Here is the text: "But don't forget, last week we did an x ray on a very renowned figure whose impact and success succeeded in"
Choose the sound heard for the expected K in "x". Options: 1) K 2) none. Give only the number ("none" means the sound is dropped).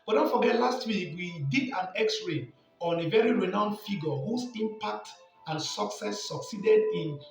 1